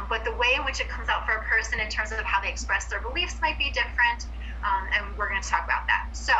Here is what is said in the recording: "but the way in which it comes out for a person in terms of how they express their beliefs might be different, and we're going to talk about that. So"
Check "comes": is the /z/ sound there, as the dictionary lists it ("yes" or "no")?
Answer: yes